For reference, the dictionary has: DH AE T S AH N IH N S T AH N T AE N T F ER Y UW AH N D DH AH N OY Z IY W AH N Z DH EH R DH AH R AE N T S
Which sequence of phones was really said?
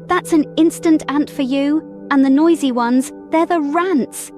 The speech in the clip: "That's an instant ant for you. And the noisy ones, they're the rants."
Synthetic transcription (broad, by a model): DH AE T S AH N IH N S T AH N T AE N T F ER Y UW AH N DH AH N OY Z IY W AH N Z DH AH R DH AH R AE N T S